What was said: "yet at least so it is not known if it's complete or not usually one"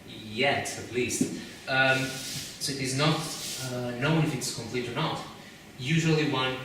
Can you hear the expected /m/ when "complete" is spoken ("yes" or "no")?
yes